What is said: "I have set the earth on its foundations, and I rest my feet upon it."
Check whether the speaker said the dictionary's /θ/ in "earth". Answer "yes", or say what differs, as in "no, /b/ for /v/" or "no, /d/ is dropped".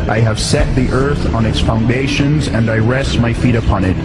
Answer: yes